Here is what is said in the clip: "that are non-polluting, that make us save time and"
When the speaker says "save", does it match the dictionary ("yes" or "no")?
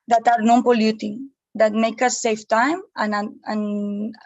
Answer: no